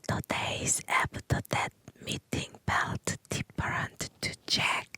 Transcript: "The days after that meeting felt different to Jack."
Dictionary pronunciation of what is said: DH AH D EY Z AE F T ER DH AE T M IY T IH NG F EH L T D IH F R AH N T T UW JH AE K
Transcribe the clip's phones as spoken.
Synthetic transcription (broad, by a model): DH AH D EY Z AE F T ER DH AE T M IY T IH NG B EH L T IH P R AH N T T UW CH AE K